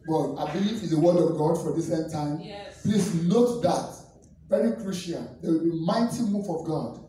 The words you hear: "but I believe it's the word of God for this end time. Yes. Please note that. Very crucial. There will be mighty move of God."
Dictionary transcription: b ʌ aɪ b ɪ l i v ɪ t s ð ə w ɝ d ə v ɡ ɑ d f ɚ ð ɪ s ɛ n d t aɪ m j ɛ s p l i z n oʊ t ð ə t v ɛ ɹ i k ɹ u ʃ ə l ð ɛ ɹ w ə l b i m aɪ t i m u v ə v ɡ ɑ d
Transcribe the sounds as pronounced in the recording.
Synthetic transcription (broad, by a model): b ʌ aɪ b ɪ l i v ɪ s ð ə w ɝ d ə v ɡ ɑ d f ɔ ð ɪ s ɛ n t aɪ m p l i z n oʊ t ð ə t v ɛ ɹ i k ɹ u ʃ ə n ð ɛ w ə l b i m aɪ t i m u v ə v ɡ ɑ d